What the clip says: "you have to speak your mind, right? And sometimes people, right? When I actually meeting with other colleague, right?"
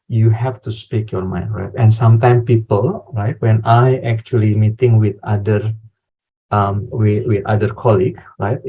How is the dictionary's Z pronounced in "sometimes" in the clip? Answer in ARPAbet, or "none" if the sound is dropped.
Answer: none